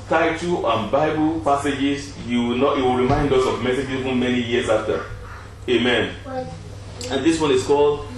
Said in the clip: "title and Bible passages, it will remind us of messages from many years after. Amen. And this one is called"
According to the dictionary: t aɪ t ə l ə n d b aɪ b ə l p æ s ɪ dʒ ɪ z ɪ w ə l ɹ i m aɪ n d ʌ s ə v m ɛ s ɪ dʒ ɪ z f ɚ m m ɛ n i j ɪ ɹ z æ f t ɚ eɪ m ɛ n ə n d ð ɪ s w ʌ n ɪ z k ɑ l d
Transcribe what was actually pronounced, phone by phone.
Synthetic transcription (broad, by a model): t aɪ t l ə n b aɪ b ə l p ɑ s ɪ dʒ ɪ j ɪ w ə w ɹ i m aɪ n d ʌ s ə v m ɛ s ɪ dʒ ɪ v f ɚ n m ɛ n i j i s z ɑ f t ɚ eɪ m ɛ n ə n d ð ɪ s w ʌ n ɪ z k ɑ l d